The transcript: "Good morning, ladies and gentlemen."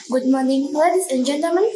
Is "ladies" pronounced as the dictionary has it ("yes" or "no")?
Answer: no